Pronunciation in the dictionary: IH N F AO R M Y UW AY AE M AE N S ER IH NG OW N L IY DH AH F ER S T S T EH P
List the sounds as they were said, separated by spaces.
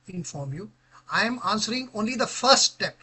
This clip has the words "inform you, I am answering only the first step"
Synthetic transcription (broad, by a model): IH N F AO R M Y UW AY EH M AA N S ER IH NG OW N L IY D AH F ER T S T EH P